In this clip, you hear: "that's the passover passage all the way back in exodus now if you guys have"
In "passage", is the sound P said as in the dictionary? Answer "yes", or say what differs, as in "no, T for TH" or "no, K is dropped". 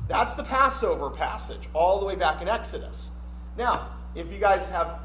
yes